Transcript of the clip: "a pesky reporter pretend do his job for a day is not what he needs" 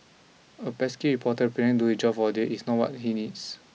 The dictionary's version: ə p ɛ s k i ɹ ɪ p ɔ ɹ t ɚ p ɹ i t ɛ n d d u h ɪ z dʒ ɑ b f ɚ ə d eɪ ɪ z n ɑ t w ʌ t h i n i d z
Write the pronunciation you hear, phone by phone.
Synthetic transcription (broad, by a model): ə p ɛ s k i ɹ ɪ p ɔ t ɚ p i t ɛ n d d u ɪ dʒ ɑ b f ə d eɪ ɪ s n ɑ t w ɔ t h i n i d s